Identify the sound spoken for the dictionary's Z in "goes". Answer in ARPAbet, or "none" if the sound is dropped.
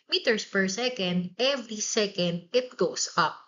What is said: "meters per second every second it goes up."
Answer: S